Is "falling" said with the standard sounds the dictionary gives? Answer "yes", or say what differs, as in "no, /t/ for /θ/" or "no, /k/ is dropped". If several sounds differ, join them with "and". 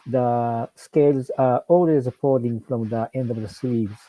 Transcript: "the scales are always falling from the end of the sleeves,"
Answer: no, /p/ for /f/